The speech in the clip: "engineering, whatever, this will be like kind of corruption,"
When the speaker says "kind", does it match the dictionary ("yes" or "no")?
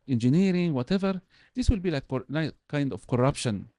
yes